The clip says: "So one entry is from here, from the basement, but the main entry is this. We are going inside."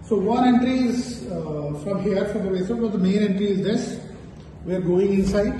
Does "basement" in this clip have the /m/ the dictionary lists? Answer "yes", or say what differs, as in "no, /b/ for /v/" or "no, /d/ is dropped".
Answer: no, /m/ is dropped